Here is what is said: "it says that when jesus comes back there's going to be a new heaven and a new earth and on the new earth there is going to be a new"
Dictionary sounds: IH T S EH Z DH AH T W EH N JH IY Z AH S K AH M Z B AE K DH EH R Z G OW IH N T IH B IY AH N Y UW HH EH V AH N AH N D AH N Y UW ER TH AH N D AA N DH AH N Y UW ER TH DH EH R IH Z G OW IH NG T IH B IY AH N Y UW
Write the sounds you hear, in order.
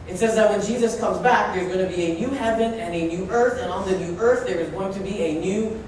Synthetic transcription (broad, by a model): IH T S EH Z DH AH T W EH N JH IY Z AH S K AH M Z B AE K DH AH R Z G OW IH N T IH B IY AH N Y UW HH EH V AH N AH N AH N Y UW ER TH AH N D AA N DH AH N Y UW ER TH DH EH R IH Z G OW IH NG T IH B IY AH N Y UW